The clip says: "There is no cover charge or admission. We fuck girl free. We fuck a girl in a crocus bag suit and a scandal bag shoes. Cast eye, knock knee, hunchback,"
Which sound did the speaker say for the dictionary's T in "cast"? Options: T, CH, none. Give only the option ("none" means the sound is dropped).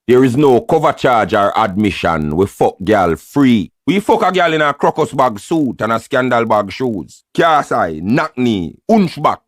none